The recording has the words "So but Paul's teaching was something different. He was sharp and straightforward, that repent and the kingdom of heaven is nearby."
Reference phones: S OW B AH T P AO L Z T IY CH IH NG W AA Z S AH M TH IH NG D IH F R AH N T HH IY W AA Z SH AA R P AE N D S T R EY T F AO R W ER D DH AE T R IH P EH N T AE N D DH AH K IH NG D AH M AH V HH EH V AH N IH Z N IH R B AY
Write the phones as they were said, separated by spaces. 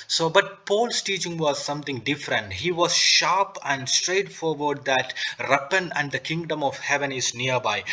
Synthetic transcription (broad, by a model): S OW B AH T P AO L S T IY CH IH NG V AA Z S AH M T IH NG D IH F R AH N T HH IY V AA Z SH AA R P AE N D S T R EY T F AO R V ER D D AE T R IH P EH N AE N D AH K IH NG D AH M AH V HH EH V AH N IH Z N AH R B AY